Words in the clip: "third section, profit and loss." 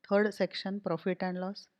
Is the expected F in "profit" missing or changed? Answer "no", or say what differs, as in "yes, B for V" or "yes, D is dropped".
no